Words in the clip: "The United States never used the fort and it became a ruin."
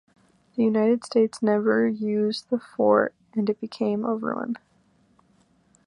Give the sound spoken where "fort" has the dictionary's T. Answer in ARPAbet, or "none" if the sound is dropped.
T